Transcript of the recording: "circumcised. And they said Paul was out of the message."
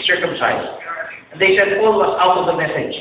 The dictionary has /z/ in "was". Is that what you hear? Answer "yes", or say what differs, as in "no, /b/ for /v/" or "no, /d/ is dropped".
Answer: no, /s/ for /z/